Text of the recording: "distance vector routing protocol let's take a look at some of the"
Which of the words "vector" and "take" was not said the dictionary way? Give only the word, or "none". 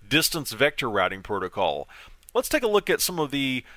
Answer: none